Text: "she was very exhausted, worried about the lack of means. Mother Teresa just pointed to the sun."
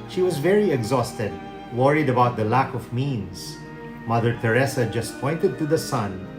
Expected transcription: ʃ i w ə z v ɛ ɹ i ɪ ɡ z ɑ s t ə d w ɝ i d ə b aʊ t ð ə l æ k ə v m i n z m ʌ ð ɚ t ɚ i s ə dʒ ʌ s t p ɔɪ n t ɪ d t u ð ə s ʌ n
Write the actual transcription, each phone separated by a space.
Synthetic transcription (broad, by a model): ʃ i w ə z v ɛ ɹ i ɪ ɡ z ɑ s t ə d w ɝ i d ə b aʊ t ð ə l æ k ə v m i n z m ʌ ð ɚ t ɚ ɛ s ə dʒ ʌ s t p ɔɪ n t ɪ d t u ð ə s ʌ n